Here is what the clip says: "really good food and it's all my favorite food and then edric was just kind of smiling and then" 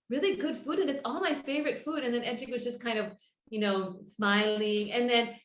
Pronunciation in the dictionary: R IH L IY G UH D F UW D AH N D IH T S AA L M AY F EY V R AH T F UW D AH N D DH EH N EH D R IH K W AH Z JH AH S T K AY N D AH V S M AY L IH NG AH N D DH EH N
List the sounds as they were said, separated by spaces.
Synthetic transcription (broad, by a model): R IH L IY G UH D F UW D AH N IH T S AA L M AY F EY V R AH T F UW D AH N DH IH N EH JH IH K W AH Z JH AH S K AY N D AH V S M AY L IH NG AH N DH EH N